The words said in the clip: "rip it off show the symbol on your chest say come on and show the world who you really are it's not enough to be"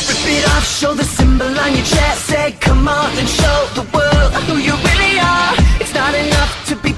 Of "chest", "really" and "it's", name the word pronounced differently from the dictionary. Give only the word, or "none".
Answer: chest